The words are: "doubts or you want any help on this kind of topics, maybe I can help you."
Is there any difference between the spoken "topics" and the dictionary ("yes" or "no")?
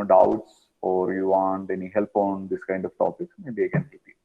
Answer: yes